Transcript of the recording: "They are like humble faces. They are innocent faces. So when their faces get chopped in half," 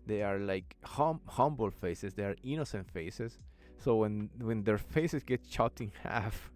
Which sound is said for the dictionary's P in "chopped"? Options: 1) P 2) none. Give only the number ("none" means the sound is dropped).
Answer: 2